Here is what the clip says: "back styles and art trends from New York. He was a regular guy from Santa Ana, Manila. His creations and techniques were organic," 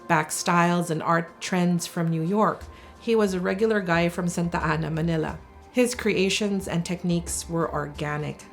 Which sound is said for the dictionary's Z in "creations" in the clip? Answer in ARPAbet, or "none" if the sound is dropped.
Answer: Z